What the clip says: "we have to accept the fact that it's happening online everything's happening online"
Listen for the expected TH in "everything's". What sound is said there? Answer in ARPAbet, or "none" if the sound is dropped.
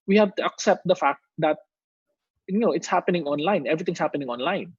T